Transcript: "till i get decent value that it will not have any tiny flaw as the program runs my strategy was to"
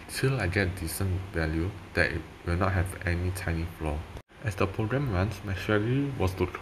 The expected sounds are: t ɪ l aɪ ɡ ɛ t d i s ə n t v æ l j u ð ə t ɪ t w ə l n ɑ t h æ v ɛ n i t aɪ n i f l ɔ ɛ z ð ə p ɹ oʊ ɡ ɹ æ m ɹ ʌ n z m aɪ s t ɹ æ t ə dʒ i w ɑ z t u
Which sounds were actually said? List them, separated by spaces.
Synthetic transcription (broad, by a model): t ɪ l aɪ ɡ ɛ t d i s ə n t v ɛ l j u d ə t ɪ t w ə l n ɑ t h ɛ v ɛ n i t aɪ n i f l ɔ ɛ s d ə p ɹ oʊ ɡ ɹ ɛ m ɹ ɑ n s m aɪ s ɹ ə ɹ i w ɑ s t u